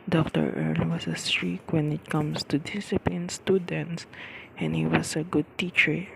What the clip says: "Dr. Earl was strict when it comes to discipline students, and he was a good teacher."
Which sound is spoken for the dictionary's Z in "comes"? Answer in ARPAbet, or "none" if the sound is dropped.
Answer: S